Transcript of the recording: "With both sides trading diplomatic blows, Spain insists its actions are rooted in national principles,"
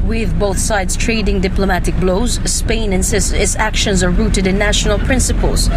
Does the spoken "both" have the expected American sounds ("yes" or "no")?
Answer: yes